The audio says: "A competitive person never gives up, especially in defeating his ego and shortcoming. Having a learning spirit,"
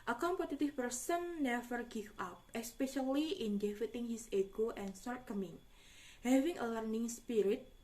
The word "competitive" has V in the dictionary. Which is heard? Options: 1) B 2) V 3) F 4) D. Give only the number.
3